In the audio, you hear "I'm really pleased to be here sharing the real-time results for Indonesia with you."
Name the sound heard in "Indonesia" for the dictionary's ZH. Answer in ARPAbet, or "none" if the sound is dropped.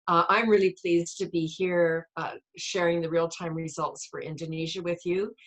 ZH